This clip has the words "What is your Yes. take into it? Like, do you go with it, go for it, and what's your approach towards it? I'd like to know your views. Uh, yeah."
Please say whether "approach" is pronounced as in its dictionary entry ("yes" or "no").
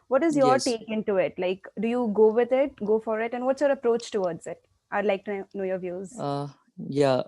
yes